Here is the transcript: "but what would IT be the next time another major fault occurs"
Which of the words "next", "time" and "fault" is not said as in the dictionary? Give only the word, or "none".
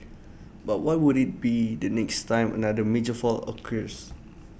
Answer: fault